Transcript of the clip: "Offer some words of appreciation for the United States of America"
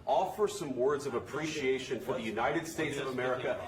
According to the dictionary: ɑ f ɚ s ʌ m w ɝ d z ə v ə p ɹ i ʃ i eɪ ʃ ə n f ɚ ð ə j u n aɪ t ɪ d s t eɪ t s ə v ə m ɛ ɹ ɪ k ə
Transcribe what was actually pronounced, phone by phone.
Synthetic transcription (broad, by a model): ɑ f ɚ s ʌ m w ɝ d z ə v ə p ɹ i ʃ i eɪ ʃ ə n f ɚ ð ə j u n aɪ t ɪ d s t eɪ t s ə v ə m ɛ ɹ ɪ k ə